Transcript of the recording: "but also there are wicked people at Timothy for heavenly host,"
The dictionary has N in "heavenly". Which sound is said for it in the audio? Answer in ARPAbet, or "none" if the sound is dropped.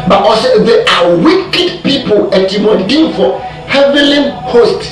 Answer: none